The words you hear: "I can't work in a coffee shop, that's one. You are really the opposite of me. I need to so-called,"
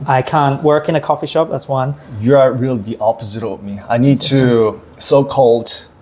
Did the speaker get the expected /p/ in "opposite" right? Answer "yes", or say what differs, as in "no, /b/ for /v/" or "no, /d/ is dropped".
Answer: yes